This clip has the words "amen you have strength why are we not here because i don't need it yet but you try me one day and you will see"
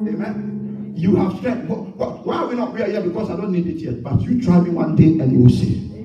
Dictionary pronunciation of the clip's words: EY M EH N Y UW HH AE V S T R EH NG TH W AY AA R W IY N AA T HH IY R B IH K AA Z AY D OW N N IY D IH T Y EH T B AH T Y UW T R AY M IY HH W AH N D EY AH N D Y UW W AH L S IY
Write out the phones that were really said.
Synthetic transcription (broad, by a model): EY M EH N Y UW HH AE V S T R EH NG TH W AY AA W W IY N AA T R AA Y B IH K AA S AY D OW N N IY D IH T Y EH T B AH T Y UW T R AY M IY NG W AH N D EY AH N Y UW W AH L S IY